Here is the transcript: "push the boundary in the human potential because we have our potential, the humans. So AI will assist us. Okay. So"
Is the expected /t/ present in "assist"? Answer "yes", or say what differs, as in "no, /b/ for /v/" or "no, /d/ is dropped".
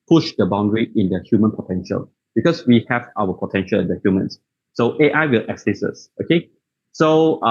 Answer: no, /t/ is dropped